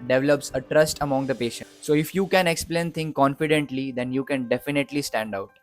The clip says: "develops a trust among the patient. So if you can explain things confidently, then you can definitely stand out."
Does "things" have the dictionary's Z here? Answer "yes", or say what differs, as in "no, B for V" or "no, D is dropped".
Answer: no, Z is dropped